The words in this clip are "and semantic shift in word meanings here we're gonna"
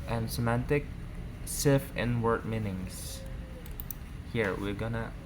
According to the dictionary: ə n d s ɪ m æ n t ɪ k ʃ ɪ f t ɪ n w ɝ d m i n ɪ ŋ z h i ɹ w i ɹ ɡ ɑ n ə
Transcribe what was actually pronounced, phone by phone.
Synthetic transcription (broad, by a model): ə n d s ɪ m æ n t ɪ k s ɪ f ɪ n w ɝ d m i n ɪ ŋ s h i ɹ w i ɹ ɡ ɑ n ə